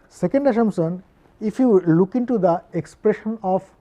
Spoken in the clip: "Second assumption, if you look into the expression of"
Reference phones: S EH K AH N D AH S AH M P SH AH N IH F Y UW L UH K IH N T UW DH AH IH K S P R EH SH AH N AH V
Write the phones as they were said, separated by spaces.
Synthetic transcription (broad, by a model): S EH K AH N D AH SH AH M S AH N IH F Y UW L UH K IH N T UW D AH IH K S P R EH SH AH N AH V